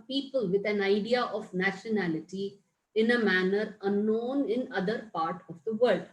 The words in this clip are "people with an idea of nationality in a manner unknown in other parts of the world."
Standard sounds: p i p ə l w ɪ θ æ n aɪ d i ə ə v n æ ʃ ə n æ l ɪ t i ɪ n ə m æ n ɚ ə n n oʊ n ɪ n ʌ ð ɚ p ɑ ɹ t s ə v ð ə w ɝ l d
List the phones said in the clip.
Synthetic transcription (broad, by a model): p i p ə l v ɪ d æ n aɪ d i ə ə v n æ ʃ ə n æ l ɪ t i ɪ n ə m æ n ɚ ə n n oʊ n ɪ n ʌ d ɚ p ɑ ɹ t ə v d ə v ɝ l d